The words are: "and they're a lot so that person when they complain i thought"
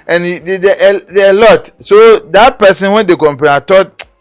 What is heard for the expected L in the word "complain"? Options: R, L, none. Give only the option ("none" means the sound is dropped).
none